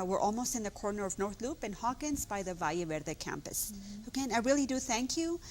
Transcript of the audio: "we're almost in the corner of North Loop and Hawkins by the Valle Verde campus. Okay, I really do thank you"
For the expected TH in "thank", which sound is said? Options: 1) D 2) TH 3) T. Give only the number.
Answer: 2